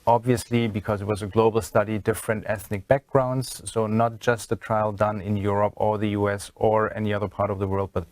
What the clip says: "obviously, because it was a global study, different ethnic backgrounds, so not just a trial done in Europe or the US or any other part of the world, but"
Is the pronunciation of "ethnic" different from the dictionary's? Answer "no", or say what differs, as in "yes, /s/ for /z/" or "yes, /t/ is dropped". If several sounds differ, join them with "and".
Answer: no